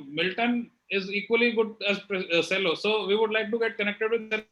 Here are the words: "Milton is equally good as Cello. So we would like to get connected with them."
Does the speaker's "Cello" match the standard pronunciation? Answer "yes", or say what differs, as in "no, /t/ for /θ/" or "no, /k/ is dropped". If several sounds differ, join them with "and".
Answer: no, /s/ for /tʃ/